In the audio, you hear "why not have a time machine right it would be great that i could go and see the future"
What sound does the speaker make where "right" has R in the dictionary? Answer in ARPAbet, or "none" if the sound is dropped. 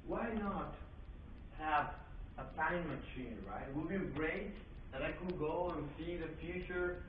R